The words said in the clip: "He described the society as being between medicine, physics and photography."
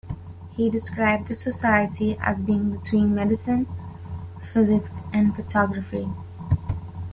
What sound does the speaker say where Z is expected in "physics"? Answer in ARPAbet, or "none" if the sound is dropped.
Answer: Z